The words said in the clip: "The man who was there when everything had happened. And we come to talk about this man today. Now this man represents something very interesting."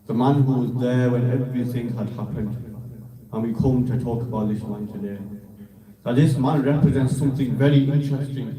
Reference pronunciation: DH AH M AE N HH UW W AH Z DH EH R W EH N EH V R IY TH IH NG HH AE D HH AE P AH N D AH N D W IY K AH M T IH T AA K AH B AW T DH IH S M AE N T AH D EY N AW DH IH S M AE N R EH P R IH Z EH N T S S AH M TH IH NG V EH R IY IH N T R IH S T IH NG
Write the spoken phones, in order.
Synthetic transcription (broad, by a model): DH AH M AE N HH UW W AH Z DH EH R W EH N EH V R IY TH IH NG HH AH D HH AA P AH N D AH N W IY K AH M T IH T AA K AH B AW T DH IH S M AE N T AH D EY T DH IH S M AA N R EH P R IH Z EH N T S S AH M TH IH NG V EH R IY IH N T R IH S T IH NG